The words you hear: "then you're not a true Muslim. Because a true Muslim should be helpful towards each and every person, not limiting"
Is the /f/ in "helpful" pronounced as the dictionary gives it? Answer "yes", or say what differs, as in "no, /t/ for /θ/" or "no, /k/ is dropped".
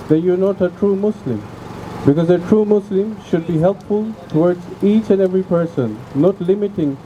yes